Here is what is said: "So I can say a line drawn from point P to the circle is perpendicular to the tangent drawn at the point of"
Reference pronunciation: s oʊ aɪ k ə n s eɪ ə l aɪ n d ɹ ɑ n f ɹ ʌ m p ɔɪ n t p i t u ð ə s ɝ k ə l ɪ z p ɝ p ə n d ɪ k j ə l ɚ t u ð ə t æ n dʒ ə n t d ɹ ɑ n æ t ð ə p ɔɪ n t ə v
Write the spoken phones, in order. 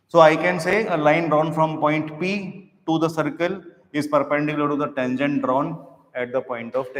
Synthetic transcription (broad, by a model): s oʊ aɪ k ə n s eɪ ə l aɪ n d ɹ ɑ n f ɹ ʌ m p ɔɪ n t p i t u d ə s ɝ k ə l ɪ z p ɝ p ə d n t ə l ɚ t u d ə t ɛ n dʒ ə n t d ɹ ɑ n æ t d ə p ɔɪ n t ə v